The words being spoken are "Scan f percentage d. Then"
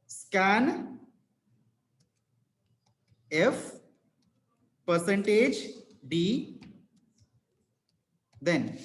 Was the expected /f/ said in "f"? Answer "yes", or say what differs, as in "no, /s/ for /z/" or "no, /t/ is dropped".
yes